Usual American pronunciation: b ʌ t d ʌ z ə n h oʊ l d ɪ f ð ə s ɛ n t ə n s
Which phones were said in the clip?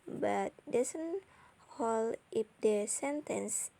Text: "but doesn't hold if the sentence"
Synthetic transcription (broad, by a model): b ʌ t d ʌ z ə n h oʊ l ɪ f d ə s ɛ n t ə n s